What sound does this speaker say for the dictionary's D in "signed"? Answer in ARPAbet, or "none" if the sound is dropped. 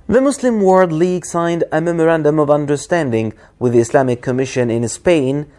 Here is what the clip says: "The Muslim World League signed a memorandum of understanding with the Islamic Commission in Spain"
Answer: D